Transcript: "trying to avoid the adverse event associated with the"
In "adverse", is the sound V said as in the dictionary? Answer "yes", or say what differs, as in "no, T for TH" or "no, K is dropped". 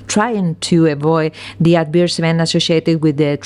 no, B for V